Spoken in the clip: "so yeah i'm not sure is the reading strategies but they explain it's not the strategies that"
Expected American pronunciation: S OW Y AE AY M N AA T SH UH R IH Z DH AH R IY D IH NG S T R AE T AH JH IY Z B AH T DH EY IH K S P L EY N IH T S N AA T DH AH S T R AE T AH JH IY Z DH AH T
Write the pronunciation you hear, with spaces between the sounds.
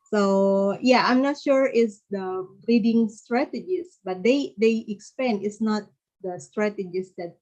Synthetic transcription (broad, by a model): S OW Y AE AY M N AA T SH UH R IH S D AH R IY D IH NG S T R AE T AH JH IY S B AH T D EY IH K S P EY N IH T S N AA T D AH S T R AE T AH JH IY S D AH T